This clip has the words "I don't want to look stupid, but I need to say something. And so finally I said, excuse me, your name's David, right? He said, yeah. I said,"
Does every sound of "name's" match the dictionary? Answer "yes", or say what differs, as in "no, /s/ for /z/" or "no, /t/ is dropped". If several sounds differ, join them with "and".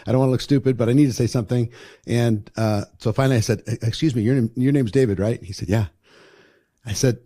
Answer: yes